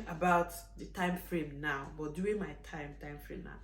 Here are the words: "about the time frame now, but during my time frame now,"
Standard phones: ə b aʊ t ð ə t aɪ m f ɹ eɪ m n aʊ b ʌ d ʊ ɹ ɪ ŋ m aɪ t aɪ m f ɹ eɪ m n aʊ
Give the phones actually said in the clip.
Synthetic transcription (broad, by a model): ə b aʊ t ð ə t aɪ m f ɹ eɪ m n aʊ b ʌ d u ɪ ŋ m aɪ t aɪ m f ɹ eɪ m n aʊ